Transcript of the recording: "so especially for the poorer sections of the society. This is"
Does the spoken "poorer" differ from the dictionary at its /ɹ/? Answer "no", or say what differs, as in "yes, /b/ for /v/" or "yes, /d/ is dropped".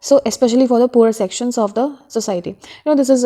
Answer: yes, /ɹ/ is dropped